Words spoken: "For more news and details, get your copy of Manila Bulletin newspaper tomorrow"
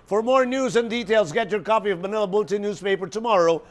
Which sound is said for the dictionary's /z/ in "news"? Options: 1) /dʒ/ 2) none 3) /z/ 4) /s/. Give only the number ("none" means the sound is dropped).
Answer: 3